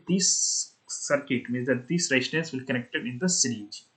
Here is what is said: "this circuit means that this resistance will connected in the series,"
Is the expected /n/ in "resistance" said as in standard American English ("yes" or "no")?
no